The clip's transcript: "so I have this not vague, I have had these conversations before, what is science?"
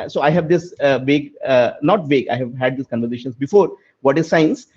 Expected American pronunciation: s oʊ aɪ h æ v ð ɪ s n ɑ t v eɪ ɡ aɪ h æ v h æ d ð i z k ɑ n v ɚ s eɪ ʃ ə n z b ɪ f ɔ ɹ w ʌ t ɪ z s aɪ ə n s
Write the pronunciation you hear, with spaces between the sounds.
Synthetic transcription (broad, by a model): s oʊ aɪ h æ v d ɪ s n ɑ t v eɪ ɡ aɪ h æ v h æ d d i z k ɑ n v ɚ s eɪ ʃ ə n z b ɪ f ɔ ɹ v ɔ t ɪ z s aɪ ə n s